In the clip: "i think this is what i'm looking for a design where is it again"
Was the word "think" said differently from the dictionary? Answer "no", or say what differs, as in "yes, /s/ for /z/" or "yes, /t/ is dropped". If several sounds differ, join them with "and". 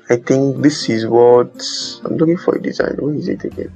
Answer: yes, /t/ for /θ/